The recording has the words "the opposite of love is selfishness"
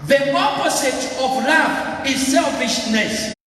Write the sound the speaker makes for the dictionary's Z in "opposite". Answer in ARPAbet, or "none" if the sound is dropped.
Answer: S